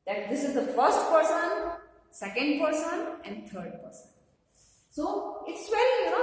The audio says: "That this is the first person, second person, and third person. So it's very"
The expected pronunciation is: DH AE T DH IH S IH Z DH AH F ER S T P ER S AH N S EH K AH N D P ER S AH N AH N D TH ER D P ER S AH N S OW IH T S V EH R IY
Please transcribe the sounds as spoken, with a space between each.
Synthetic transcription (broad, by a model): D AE T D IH S IH Z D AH F ER S T P ER S AH N S EH K AH N D P ER S AH N AH N D T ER D P ER S AH N S OW IH T S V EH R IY